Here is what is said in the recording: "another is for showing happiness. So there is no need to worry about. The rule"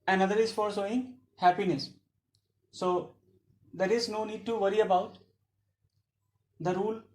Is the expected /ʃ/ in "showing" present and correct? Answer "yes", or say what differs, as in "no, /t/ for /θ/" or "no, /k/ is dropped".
no, /s/ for /ʃ/